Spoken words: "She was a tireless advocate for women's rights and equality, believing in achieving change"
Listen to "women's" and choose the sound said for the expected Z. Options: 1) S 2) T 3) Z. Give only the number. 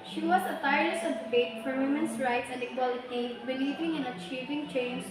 1